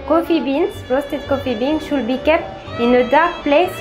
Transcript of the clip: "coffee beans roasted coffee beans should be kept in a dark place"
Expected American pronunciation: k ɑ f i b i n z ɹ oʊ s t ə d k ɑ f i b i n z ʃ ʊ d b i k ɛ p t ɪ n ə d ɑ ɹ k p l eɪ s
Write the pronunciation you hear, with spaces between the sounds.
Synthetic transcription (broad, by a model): k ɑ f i b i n s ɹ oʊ s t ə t k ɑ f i b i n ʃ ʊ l b i k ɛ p ɪ n ə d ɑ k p l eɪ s